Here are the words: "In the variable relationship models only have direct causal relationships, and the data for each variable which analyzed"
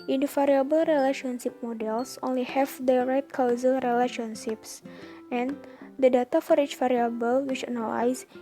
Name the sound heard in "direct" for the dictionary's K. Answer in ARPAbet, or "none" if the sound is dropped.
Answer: none